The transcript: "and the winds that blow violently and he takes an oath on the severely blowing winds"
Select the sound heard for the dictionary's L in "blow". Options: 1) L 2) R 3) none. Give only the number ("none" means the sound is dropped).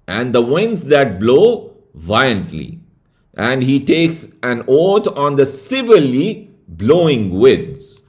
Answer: 1